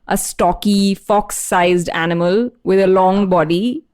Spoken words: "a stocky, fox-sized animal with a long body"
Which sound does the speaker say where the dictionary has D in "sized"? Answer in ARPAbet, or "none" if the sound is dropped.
D